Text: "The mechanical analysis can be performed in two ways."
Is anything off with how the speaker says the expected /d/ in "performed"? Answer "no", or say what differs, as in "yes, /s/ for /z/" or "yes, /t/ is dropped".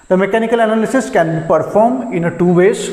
yes, /d/ is dropped